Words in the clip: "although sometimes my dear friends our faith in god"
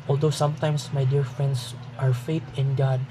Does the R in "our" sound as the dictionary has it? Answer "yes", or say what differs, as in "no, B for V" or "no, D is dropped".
yes